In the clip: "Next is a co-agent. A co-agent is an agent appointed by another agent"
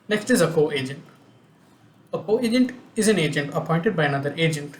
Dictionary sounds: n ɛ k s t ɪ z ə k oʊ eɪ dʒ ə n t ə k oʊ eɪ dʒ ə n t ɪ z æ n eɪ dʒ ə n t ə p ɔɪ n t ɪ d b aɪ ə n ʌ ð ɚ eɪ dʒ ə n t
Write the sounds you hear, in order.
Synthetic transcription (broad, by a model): n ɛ k s t ɪ z ə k oʊ eɪ dʒ ə n t ə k oʊ eɪ dʒ ə n t ɪ z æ n eɪ dʒ ə n t ə p ɔɪ n t ɪ d b aɪ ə n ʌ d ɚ eɪ dʒ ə n t